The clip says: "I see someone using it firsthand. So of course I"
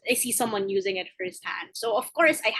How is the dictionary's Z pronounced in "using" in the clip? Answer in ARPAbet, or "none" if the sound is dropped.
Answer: Z